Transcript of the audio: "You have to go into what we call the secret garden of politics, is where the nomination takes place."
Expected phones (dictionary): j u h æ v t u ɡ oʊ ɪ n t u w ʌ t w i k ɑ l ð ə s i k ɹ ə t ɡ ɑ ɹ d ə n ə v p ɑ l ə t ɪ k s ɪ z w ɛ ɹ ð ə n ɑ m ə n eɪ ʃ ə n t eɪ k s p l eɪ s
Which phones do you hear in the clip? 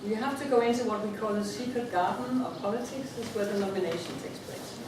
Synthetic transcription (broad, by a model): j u h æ f t u ɡ oʊ ɪ n t u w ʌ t w i k ɑ l ð ə s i k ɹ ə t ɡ ɑ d n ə p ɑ l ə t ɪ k s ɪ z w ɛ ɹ ð ə n ɑ m ə n eɪ ʃ ə n t eɪ k s p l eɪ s